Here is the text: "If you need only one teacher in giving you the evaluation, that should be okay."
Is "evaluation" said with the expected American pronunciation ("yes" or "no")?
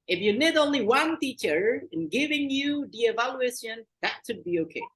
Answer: yes